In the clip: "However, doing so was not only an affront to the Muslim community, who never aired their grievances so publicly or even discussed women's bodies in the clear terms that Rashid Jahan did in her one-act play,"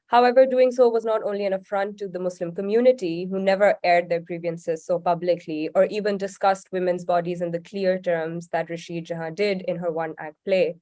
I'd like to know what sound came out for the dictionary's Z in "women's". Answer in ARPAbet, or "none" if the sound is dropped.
Z